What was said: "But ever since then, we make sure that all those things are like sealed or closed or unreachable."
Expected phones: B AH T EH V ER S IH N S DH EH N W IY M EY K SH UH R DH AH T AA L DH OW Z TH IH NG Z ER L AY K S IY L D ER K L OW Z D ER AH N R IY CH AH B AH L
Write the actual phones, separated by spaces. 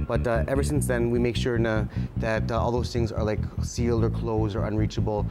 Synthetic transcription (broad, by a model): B AH T EH V ER S IH N S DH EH N W IY M EY K SH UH R DH AH T AA L DH OW Z TH IH NG Z ER L AY K S IY L D ER K L OW Z D ER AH N R IY CH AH B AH L